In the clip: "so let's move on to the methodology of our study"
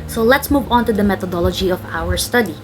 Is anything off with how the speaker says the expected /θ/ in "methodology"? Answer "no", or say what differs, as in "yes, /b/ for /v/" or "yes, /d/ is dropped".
yes, /t/ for /θ/